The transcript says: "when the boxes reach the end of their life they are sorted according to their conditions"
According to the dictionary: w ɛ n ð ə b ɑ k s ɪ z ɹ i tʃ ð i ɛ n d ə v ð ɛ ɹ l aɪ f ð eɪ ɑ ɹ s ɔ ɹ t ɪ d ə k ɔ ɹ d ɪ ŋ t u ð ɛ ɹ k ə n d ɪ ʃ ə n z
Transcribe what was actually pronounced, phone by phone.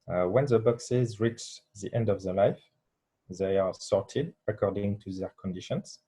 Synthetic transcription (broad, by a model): w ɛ n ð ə b ɑ k s ɪ z ɹ i tʃ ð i ɛ n d ə v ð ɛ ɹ l aɪ f ð eɪ ɑ ɹ s ɔ ɹ t ɪ d ə k ɔ ɹ d ɪ ŋ t u ð ɛ ɹ k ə n d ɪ ʃ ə n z